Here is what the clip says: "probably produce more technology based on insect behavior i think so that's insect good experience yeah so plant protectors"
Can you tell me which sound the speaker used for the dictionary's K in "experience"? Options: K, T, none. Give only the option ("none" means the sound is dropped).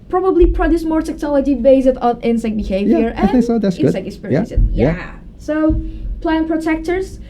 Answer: none